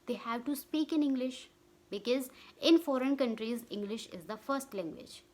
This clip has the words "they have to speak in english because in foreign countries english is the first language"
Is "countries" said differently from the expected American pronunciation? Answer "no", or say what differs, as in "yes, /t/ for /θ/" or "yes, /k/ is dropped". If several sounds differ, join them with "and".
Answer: no